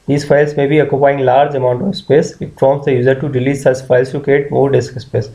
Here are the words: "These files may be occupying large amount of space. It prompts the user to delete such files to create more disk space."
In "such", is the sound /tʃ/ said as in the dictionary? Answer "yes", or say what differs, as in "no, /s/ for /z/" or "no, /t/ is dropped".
no, /s/ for /tʃ/